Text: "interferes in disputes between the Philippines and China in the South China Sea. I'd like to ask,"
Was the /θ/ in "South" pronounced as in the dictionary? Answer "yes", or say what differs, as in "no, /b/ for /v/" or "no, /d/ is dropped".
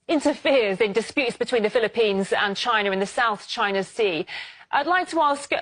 yes